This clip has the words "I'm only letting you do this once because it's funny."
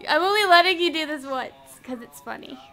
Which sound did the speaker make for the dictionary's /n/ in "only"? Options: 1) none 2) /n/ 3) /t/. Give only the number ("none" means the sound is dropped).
1